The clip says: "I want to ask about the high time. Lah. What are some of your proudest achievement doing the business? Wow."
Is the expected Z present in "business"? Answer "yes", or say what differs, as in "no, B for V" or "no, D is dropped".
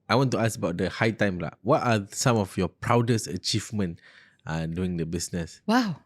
no, S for Z